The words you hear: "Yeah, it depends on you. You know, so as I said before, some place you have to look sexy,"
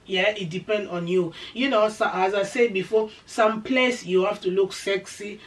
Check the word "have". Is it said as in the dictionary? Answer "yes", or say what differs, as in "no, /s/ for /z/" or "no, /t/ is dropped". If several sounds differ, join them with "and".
no, /f/ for /v/